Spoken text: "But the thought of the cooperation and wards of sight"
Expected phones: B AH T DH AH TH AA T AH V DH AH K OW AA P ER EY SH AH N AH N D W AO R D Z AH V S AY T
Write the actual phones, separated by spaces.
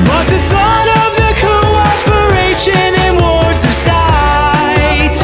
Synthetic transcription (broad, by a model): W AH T DH AH TH AA T AH V DH AH K OW AA P ER EY SH AH N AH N W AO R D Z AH S AY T